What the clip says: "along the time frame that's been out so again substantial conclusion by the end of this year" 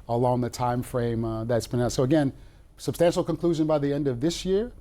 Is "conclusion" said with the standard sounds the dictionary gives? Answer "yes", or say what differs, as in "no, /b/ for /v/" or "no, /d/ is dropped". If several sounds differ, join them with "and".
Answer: yes